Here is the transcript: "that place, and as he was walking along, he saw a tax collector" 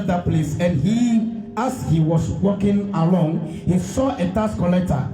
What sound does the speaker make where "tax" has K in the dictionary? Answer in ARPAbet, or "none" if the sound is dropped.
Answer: none